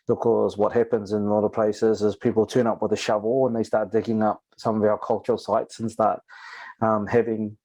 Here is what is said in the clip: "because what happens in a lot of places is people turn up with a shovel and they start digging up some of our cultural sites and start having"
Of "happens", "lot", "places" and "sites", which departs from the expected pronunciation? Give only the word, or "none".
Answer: none